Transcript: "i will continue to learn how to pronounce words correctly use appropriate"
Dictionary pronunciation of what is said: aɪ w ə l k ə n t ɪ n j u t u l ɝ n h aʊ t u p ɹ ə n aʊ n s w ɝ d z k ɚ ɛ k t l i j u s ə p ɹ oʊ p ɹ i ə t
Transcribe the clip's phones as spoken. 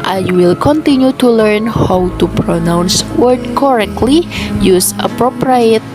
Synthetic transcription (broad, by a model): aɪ w ə l k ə n t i n j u t u l ɝ n h aʊ t u p ɹ ə n aʊ n s w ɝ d k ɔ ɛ k t l i j u s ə p ɹ oʊ p ɹ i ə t